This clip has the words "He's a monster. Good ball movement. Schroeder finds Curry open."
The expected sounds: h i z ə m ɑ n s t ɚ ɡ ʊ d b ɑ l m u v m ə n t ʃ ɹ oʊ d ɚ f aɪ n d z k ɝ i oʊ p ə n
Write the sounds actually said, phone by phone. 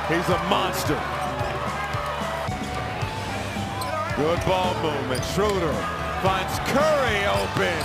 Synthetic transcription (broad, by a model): h i z ə m ɑ n s t ɚ ɡ ʊ d b ɑ l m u m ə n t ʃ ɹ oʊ d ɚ f aɪ n d z k ɝ i oʊ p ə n